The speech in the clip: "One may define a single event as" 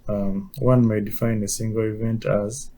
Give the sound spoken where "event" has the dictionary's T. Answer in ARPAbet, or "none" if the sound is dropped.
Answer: T